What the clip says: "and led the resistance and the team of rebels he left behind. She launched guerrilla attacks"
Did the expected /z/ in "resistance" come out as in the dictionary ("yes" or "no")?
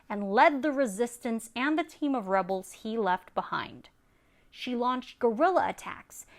yes